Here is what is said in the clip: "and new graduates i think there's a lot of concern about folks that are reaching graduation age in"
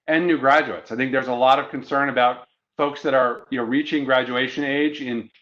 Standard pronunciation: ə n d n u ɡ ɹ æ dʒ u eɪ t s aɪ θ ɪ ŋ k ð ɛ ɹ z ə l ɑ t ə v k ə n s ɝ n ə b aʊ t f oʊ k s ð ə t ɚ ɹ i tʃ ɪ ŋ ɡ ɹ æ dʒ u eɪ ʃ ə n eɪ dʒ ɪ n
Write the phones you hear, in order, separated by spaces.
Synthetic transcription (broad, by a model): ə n n u ɡ ɹ æ dʒ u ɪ t s aɪ θ ɪ ŋ k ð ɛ ɹ z ə l ɑ t ə v k ə n s ɝ n ə b aʊ t f oʊ k s ð ə t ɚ ɹ i tʃ ɪ ŋ ɡ ɹ æ dʒ u eɪ ʃ ə n eɪ dʒ ɪ n